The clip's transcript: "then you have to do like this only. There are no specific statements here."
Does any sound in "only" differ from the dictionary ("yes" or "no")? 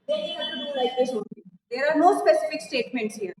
yes